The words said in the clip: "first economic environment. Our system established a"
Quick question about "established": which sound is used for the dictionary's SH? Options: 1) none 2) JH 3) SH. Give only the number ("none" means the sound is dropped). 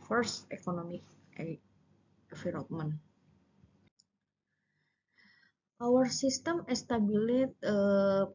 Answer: 1